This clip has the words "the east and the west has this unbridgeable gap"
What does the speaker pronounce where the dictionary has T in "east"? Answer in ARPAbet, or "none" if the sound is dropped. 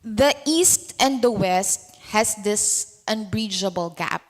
T